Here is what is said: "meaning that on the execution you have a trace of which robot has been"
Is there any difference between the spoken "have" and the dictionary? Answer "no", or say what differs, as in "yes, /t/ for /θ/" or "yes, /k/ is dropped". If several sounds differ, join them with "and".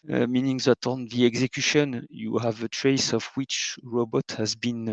no